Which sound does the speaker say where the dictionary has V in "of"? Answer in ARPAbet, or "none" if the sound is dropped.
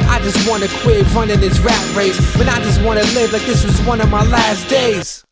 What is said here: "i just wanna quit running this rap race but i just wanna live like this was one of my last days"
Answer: V